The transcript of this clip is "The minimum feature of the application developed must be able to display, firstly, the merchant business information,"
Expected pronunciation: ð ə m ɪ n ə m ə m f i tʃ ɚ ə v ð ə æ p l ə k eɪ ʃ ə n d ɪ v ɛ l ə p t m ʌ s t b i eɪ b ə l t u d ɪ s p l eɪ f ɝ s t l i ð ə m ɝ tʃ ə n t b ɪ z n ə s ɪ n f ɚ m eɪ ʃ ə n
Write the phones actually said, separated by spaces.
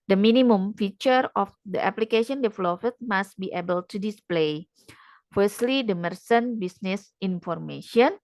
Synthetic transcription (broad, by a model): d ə m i n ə m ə m f i tʃ ɚ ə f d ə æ p l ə k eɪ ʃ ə n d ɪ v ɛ l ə f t m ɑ s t b i eɪ b ə l t u d ɪ s p l eɪ f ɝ s t l i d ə m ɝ s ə n b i s n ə s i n f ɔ m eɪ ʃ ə n